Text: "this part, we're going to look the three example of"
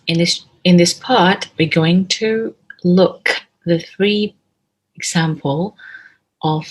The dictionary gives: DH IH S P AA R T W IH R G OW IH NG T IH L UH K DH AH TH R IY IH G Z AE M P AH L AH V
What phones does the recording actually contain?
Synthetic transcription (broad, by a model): DH IH S P AA R T W IH R G OW IH NG T IH L UH K DH AH TH R IY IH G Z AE M P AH L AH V